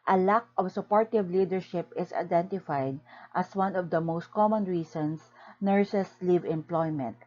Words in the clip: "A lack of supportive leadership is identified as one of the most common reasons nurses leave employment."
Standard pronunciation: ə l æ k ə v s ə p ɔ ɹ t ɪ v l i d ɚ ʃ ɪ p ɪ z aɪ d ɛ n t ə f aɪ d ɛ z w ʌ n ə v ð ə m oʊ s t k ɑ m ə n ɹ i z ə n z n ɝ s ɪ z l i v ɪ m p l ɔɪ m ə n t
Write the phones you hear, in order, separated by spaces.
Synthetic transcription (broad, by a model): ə l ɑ k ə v s ə p ɔ ɹ t ɪ v l i d ɚ ʃ ɪ p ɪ s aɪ d ɛ n t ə f aɪ d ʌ s w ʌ n ə v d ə m oʊ s t k ɑ m ə n ɹ i s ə n s n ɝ s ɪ s l i v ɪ m p l ɔɪ m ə n t